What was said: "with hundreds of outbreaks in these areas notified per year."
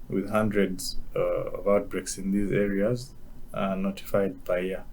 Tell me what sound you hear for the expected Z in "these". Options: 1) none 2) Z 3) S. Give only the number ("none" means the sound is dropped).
2